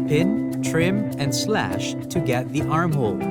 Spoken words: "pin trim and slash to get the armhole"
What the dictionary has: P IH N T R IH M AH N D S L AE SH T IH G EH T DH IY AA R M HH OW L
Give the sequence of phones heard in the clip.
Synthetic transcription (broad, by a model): P IH N T R IH M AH N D S L AE SH T IH G EH T DH IY AA R M HH OW L